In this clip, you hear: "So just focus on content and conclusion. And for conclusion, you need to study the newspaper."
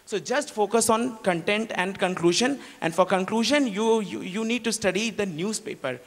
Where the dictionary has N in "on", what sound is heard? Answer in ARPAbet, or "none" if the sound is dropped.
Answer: N